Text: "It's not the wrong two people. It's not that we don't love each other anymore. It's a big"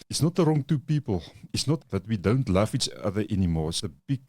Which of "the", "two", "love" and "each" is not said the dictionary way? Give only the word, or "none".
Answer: love